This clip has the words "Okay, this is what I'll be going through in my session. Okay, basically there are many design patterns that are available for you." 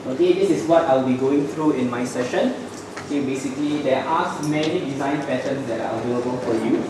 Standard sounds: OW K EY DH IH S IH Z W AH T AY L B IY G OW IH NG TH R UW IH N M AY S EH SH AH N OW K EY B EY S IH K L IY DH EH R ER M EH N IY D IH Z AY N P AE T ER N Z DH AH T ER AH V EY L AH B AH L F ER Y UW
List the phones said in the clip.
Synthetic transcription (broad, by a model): OW K EY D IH S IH S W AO T AY L B IY G OW IH NG T R UW IH N M AY S EH SH AH N OW K EY B EY S IH K L IY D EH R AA M EH N IY D IH Z AY N P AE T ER N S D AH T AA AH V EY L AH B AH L F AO Y UW